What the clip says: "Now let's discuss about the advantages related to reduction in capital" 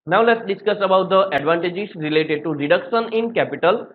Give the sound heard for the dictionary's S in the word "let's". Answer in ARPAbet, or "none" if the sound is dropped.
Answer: S